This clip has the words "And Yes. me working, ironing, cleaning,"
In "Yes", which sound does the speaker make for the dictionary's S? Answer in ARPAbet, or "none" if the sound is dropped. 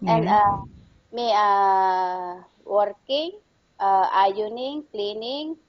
none